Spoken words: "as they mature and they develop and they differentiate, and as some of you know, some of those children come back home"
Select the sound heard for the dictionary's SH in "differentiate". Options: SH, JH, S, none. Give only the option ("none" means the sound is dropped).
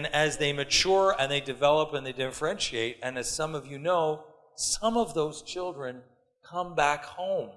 SH